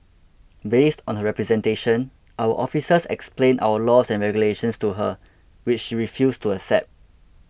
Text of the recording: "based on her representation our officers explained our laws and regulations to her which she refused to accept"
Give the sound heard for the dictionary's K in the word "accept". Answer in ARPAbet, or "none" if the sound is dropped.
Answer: none